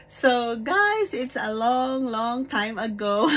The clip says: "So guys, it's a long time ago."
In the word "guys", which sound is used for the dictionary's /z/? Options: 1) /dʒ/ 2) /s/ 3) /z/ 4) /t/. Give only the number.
2